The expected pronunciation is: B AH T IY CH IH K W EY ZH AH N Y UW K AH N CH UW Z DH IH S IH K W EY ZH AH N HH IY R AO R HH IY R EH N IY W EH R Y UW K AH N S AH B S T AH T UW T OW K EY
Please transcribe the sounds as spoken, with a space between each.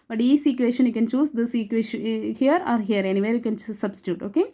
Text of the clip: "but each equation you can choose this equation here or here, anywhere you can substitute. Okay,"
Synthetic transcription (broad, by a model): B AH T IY S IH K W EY SH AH N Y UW K AH N CH UW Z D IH S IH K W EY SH HH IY R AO R HH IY R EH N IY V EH R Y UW K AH N S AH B S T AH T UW T OW K EY